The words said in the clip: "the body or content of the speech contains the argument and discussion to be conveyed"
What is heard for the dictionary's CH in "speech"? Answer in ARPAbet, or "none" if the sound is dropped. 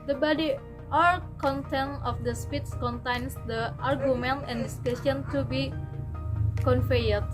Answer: S